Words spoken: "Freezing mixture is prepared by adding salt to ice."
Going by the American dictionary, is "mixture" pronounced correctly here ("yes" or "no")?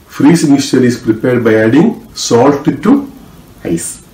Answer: no